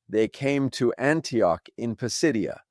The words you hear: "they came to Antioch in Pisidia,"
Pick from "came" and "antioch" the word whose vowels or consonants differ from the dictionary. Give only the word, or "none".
none